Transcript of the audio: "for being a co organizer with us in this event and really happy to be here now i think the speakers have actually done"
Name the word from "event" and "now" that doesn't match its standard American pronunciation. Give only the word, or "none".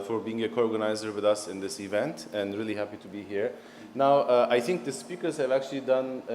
none